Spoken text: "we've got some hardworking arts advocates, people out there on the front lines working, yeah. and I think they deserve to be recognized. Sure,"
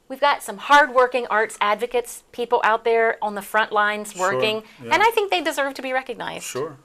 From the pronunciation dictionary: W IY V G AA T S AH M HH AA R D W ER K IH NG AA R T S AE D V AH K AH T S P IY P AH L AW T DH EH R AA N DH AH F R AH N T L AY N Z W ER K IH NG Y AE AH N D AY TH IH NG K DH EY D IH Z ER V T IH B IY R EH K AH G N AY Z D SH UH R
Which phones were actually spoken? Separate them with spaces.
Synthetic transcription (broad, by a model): W IY V G AA T S AH M HH AA R D W ER K IH NG AA R T S AE D V AH K AH T S P IY P L AW T DH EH R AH N DH AH F R AH N T L AY N Z W ER K IH NG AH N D AY TH IH NG K DH EY D IH Z ER V T IH B IY R EH K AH G N AY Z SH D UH R